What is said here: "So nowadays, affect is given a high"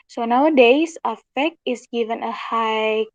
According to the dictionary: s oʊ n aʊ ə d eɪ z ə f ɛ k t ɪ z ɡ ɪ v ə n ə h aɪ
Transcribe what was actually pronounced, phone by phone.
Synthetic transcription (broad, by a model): s oʊ n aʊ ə d eɪ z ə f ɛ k ɪ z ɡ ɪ v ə n ə h aɪ